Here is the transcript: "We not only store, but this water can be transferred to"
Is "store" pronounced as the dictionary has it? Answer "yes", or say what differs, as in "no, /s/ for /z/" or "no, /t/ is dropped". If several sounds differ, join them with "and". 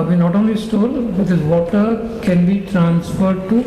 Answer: no, /l/ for /ɹ/